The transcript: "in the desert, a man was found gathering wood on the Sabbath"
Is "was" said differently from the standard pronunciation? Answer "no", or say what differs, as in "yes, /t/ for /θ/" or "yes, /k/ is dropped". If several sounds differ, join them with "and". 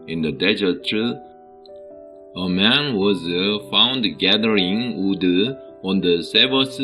no